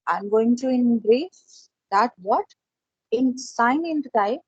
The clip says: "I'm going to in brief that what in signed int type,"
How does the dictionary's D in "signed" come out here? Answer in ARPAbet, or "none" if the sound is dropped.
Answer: none